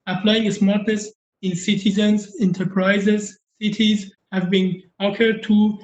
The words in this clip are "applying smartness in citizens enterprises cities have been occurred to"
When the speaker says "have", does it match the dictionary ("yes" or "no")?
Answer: yes